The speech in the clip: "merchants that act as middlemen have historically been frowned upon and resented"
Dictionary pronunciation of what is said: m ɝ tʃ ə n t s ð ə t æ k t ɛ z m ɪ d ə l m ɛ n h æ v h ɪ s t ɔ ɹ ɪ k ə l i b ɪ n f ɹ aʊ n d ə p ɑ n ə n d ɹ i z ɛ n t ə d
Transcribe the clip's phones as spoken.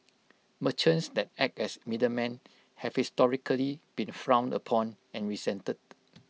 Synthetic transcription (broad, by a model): m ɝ tʃ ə n s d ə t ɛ k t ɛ s m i d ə m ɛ n h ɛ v h ɪ s t ɔ ɹ ɪ k ə l i b ɪ n f ɹ aʊ n d ə p ɑ n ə n ɹ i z ɛ n t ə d